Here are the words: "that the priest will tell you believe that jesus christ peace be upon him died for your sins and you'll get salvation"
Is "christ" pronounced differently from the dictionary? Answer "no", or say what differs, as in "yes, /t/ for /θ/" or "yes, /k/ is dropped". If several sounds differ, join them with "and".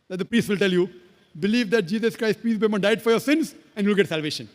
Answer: no